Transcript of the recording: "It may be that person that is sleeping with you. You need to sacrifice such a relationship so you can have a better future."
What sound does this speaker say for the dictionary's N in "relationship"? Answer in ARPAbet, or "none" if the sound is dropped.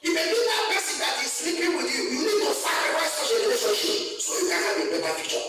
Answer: none